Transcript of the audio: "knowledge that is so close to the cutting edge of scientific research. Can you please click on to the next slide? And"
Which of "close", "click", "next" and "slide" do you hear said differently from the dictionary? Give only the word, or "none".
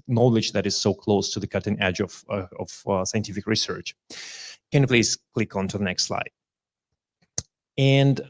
none